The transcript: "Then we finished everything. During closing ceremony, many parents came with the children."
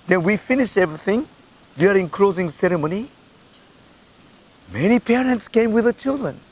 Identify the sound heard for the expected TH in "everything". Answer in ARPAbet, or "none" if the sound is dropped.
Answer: TH